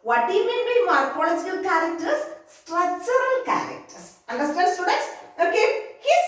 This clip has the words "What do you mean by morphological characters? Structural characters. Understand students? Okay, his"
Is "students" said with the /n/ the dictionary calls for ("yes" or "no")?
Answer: no